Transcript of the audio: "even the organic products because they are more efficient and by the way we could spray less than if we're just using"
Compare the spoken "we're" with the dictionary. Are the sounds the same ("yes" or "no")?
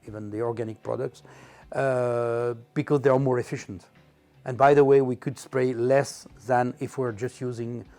yes